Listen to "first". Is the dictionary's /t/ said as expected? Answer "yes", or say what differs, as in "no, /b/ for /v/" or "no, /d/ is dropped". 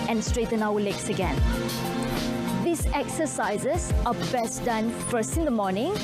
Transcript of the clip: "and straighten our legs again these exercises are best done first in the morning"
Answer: no, /t/ is dropped